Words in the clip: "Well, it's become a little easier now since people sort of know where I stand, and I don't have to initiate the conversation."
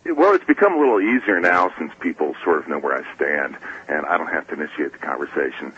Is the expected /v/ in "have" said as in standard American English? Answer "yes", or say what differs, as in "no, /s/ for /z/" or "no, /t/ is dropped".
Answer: no, /f/ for /v/